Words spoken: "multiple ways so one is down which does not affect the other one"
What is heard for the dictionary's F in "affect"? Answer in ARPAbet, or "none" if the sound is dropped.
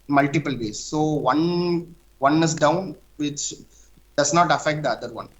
F